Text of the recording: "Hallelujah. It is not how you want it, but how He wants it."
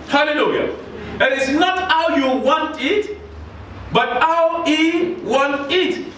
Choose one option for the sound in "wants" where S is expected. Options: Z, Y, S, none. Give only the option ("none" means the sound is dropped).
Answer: none